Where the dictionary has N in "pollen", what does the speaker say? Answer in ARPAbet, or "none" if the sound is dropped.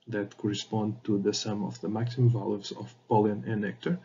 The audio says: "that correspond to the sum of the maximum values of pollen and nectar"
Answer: none